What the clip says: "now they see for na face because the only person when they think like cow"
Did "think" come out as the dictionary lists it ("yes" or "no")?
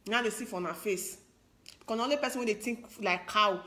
no